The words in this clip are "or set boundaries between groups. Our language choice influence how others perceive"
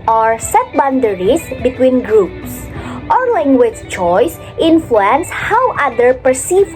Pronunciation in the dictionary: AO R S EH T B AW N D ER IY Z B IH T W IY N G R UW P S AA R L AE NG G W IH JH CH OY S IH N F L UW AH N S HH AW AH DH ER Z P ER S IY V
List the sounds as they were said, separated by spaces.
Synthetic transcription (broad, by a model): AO R S EH T B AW N D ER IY S B IH T W IY N G R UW P S AA R L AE NG G W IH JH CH OY S IH N F L UW AH N S HH AW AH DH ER P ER S IY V